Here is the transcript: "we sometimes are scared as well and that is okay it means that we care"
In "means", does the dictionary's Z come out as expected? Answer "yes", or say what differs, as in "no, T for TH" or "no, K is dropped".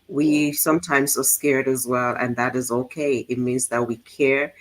yes